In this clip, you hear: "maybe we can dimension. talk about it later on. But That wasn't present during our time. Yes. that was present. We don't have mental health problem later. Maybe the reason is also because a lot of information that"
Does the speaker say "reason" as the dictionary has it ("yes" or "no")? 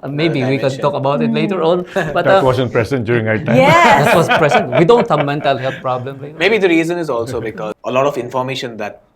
yes